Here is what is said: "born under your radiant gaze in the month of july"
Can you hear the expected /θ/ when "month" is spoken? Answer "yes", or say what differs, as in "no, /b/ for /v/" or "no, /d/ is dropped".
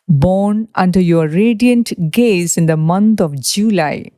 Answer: no, /t/ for /θ/